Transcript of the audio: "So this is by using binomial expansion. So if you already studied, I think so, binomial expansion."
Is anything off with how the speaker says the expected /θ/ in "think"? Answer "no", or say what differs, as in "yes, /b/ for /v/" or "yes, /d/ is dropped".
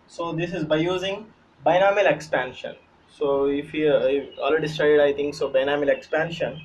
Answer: yes, /t/ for /θ/